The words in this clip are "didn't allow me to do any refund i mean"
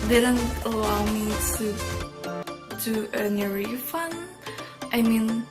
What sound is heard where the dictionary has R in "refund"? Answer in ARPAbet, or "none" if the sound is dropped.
R